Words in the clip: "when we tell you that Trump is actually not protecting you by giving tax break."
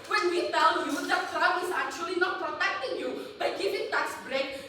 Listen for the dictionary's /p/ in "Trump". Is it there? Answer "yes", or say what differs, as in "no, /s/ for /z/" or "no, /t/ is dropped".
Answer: no, /p/ is dropped